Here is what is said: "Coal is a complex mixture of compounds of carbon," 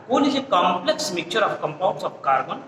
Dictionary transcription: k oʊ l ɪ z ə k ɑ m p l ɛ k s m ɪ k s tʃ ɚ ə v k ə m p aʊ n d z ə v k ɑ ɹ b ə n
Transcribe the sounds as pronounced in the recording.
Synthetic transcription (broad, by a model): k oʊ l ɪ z ə k ɑ m p l ɛ k s m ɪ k tʃ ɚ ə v k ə m p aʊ n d s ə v k ɑ ɹ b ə n